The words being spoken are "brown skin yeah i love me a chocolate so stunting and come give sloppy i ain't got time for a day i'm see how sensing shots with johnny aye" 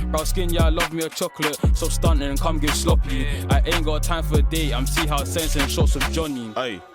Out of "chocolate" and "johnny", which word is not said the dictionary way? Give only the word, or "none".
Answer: none